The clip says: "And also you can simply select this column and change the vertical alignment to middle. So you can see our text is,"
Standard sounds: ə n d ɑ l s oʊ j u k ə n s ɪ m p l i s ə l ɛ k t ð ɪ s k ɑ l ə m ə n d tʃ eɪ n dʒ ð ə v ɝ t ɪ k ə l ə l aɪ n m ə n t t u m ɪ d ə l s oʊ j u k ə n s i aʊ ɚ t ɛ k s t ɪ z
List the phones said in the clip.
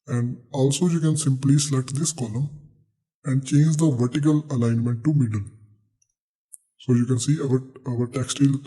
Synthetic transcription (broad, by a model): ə n d ɑ l s oʊ j u k ə n s ɪ m p l i s l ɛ t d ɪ s k ɑ l ə m ə n d tʃ eɪ n dʒ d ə v ɝ t ɪ k ə l ə l aɪ n m ə n t t u m ɪ d ə l s oʊ j u k ə n s i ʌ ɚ t ɛ k s t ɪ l